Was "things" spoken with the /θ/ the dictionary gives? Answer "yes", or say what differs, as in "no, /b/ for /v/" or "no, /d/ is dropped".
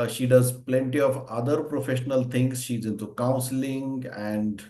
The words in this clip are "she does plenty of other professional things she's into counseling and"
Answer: no, /t/ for /θ/